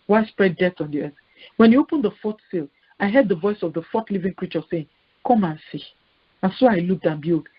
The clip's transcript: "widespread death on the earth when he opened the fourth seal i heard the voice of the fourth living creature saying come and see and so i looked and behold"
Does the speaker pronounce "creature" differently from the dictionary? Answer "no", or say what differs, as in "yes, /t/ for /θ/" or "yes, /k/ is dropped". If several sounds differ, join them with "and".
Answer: no